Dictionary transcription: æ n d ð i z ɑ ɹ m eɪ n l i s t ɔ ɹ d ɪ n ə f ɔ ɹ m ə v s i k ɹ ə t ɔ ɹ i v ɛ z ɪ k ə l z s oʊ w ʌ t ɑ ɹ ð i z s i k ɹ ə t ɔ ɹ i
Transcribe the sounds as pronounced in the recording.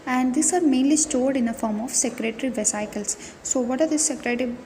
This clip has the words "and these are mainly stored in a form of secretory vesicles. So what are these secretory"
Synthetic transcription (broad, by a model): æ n d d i s ɑ ɹ m eɪ n l i s t ɔ ɹ d ɪ n ə f ɔ ɹ m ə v s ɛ k ɹ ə t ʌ ɹ i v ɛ s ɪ k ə l s oʊ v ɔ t ɑ ɹ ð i s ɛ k ɹ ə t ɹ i